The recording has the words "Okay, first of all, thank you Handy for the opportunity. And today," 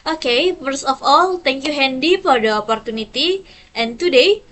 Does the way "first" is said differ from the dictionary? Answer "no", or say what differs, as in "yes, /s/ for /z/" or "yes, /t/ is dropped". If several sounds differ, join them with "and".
yes, /t/ is dropped